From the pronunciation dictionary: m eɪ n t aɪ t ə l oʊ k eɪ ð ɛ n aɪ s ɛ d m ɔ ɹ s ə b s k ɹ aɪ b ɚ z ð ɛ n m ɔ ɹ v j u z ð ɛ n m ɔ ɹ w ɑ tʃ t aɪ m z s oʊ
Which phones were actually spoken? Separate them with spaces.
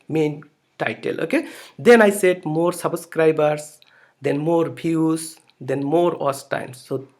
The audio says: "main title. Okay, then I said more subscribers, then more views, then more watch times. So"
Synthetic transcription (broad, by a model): m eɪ n t aɪ t ə l oʊ k eɪ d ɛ n aɪ s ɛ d m ɔ ɹ s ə b s k ɹ aɪ b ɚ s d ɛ n m ɔ ɹ b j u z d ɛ n m ɔ ɹ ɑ s t aɪ m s oʊ